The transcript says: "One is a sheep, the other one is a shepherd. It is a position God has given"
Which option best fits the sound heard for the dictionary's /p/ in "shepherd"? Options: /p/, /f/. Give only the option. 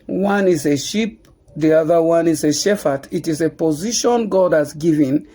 /f/